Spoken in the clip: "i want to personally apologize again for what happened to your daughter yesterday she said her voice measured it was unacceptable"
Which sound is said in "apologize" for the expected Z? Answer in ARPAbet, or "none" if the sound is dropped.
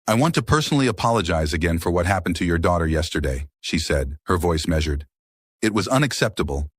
Z